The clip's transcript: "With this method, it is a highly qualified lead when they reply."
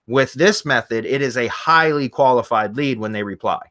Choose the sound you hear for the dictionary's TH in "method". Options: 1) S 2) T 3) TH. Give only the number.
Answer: 3